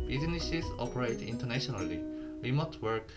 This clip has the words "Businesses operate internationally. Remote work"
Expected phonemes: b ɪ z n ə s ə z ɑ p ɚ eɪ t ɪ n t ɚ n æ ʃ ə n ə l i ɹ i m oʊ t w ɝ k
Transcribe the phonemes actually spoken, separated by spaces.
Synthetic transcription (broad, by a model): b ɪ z n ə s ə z ɑ p ɚ eɪ t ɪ n t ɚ n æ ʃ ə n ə l i w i m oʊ t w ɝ k